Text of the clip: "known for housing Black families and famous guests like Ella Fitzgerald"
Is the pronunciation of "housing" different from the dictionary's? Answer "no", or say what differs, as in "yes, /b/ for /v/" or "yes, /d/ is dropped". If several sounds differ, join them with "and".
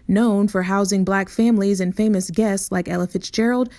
no